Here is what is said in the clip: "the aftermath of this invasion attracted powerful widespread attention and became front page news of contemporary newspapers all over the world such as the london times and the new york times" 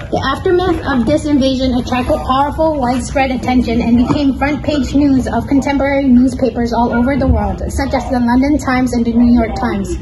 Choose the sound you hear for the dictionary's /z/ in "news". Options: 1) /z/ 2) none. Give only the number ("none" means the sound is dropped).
1